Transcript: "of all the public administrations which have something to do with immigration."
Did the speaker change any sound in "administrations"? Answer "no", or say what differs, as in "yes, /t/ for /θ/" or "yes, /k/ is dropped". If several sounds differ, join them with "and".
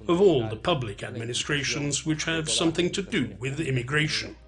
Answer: no